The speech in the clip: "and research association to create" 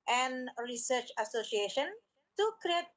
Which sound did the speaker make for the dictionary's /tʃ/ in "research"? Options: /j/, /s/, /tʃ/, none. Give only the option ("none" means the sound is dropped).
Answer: /tʃ/